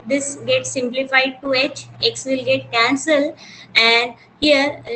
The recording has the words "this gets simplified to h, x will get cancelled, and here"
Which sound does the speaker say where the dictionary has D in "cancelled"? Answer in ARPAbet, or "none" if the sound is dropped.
none